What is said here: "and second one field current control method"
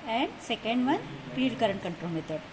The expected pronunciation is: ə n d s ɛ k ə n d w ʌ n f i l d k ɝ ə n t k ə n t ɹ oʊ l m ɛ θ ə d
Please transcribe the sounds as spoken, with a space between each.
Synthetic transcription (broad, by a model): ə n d s ɛ k ə n d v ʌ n p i d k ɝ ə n k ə n t ɹ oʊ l m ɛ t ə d